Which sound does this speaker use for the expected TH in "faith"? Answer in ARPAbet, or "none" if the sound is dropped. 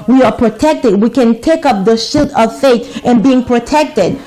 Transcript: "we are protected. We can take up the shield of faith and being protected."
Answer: T